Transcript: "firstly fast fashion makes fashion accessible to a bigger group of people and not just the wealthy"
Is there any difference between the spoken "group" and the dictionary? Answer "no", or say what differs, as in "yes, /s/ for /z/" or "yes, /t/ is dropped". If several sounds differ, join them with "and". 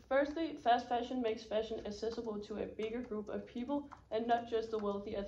no